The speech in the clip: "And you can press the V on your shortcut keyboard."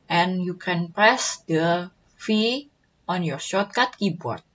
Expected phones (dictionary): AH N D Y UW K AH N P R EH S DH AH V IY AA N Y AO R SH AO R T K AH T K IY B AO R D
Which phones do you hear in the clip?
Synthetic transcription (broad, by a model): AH N Y UW K AH N P R EH S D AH F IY AA N Y AO R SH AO T K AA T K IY B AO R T